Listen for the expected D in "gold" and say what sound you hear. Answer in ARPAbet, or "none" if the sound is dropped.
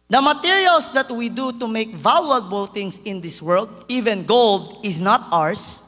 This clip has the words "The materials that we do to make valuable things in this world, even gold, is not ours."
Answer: D